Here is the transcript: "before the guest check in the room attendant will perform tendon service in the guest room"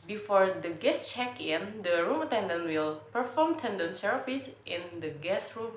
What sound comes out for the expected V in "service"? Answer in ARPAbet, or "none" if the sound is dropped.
F